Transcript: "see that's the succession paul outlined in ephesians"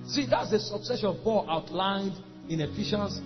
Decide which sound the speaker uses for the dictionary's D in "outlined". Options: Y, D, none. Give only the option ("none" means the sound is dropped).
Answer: D